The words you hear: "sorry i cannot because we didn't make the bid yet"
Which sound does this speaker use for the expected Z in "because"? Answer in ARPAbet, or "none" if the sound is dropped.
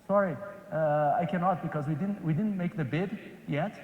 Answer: Z